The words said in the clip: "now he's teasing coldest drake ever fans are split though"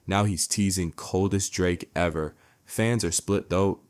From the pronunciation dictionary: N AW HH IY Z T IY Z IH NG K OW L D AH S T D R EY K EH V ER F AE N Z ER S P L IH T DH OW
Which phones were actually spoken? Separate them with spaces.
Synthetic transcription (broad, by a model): N AW HH IY Z T IY Z IH NG K OW L D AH S D R EY K EH V ER F AE N Z ER S P L IH T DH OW